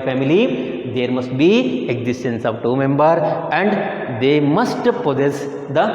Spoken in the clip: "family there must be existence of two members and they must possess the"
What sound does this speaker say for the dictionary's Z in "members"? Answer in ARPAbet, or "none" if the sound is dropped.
none